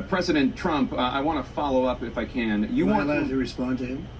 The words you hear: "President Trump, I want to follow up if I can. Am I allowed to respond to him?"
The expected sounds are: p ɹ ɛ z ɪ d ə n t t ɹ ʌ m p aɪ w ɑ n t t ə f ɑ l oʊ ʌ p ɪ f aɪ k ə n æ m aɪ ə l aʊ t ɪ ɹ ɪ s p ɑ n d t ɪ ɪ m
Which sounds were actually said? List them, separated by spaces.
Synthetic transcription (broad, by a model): p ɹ ɛ z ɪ d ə n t t ɹ ʌ m p aɪ w ɑ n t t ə f ɑ l oʊ ʌ p ɪ f aɪ k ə n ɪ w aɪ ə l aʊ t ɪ ɹ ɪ s p ɑ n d t ɪ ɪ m